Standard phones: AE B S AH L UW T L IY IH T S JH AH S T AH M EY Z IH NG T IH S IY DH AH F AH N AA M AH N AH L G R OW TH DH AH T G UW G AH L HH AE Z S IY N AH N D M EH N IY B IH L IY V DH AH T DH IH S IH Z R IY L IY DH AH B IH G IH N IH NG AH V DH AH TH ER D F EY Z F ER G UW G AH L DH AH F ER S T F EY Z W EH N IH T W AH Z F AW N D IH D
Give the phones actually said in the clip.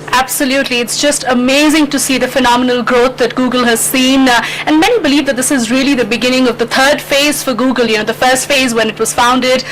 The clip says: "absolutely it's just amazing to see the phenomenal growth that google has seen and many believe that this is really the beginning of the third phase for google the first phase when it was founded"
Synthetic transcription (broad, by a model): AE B S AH L UW T L IY IH T S JH AH S T AH M EY Z IH NG T IH S IY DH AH F AH N AA M AH N AH L G R OW T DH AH T G UW G AH L HH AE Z S IY N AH N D M EH N IY B IH L IY V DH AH T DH IH S IH Z R IY L IY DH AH B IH G IH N IH NG AH V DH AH T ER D F EY Z F ER G UW G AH L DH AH F ER S T F EY Z W EH N IH T W AH Z F AW N D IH D